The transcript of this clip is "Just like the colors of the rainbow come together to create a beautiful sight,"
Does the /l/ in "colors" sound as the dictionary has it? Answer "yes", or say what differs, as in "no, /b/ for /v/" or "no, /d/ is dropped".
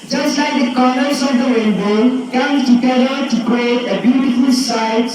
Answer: no, /n/ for /l/